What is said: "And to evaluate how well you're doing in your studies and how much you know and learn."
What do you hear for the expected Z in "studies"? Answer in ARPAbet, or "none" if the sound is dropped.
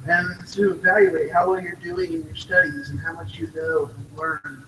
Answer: Z